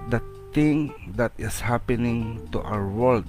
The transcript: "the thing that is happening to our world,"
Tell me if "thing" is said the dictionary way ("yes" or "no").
no